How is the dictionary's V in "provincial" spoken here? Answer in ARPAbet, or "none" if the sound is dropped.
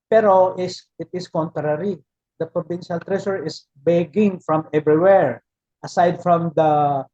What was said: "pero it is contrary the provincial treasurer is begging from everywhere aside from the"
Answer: B